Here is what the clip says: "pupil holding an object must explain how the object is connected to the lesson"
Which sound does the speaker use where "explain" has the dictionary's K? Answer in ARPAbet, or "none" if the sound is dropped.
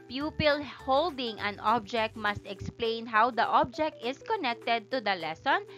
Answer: K